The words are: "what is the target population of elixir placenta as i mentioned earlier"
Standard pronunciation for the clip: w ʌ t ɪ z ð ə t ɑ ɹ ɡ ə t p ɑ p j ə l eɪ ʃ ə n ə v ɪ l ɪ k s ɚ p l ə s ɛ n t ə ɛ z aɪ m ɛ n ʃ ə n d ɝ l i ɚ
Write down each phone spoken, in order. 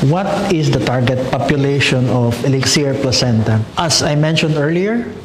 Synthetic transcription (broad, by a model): w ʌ t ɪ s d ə t ɑ ɹ ɡ ə t p ɑ p j ə l eɪ ʃ ə n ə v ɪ l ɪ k s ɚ p l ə s ɛ n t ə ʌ s aɪ m ɛ n ʃ ə n d ɝ l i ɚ